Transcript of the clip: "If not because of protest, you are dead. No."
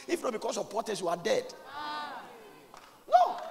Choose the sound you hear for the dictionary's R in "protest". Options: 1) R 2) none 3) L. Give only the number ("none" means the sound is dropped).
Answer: 2